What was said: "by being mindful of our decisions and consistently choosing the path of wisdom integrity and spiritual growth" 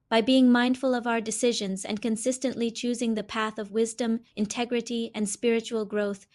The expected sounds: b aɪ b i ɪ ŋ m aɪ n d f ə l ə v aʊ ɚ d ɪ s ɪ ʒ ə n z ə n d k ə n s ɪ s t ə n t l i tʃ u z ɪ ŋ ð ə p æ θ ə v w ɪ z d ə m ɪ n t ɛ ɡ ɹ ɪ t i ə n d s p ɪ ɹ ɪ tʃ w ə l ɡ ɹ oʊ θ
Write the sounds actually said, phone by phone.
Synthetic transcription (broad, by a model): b aɪ b i ɪ ŋ m aɪ n d f ə l ə v aʊ ɚ d ɪ s ɪ ʒ ə n z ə n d k ə n s ɪ s t ə n t l i tʃ u z ɪ ŋ ð ə p æ θ ə v w ɪ z d ə m ɪ n t ɛ ɡ ɹ ɪ t i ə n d s p ɪ ɹ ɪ tʃ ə l ɡ ɹ oʊ θ